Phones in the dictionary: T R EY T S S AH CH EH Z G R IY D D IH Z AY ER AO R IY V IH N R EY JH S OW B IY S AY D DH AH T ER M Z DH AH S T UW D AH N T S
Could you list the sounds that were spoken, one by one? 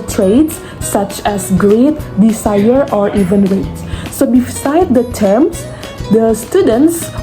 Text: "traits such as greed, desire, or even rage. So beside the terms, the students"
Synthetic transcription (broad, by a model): T R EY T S S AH CH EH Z G R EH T D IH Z AY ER AO R IY V IH N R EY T S OW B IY S AY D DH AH T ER M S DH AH S T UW D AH N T S